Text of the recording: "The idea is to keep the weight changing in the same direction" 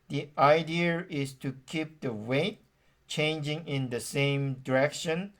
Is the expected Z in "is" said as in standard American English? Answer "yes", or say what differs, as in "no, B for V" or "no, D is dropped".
no, S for Z